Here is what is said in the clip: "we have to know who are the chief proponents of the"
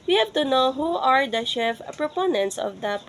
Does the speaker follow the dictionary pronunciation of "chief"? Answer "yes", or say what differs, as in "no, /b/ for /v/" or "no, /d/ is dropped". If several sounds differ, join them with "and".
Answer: no, /ʃ/ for /tʃ/